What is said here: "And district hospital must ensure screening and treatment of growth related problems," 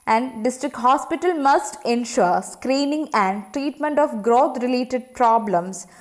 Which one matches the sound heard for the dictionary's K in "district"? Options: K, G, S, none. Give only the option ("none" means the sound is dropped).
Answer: K